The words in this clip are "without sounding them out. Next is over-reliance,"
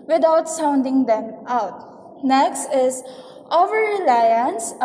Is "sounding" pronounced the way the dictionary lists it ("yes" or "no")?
yes